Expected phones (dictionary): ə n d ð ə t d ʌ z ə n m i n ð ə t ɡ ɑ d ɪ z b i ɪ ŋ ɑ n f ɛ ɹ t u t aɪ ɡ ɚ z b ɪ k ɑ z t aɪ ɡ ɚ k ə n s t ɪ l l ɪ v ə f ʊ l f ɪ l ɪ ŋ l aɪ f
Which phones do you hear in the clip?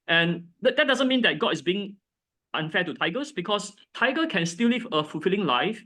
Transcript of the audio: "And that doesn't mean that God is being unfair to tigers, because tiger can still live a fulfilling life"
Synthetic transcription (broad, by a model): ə n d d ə t d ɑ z ə n m i n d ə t ɡ ɑ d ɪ s b i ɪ ŋ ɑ n f ɛ t u t aɪ ɡ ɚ s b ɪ k ɑ s t aɪ ɡ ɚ k ə n s t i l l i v ə f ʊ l f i l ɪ ŋ l aɪ f